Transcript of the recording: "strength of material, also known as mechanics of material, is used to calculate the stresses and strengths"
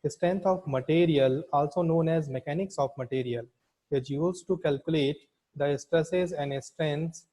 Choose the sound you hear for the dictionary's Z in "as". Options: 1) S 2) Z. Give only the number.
2